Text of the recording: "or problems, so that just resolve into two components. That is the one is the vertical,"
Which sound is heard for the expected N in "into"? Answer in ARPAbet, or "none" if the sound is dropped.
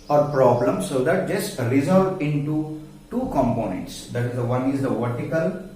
N